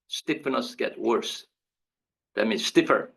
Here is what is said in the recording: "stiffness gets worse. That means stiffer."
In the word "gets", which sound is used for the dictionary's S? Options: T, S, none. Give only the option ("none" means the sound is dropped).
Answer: none